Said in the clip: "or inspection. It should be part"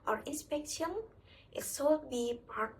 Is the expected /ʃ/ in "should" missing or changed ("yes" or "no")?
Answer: yes